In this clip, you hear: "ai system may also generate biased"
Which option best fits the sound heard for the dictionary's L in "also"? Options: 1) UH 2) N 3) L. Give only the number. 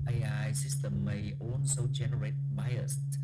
2